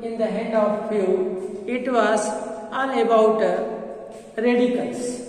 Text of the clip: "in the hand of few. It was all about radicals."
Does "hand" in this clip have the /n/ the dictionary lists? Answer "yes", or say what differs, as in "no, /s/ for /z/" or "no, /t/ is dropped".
no, /n/ is dropped